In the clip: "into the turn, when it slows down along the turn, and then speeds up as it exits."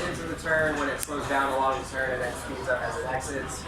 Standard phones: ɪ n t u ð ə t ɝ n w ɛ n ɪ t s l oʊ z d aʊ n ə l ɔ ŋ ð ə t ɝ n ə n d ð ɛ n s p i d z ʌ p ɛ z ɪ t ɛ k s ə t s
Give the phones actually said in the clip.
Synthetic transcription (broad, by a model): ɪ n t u ð ə t ɝ n w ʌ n ɪ t s l oʊ z d aʊ n ə l ɔ ŋ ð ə t ɝ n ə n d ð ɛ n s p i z ʌ p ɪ z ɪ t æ k s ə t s